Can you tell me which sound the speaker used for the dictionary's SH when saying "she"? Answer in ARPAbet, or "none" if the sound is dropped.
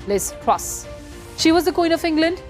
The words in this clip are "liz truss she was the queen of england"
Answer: SH